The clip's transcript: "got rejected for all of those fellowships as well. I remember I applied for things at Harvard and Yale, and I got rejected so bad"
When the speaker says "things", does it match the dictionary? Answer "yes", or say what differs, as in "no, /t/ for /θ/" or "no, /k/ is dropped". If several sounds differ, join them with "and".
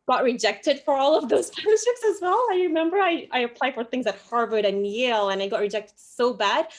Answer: yes